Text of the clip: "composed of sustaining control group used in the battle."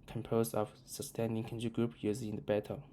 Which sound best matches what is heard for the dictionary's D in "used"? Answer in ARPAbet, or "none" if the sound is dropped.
none